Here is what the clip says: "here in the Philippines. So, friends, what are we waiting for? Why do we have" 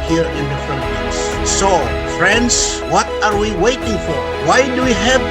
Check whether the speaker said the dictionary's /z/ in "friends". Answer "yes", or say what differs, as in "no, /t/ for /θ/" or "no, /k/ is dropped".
no, /s/ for /z/